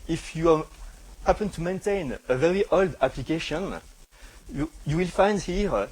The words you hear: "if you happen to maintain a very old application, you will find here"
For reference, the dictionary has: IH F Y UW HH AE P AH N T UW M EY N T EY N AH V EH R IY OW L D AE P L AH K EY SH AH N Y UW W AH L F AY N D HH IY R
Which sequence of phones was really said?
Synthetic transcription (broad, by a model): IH F Y UW HH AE P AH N T UW M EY N T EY N AH V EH R IY OW L D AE P L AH K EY SH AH N Y UW W AH L F AY N D HH IY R